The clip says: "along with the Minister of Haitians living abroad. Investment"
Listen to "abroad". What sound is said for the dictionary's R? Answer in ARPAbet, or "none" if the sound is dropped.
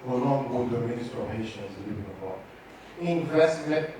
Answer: none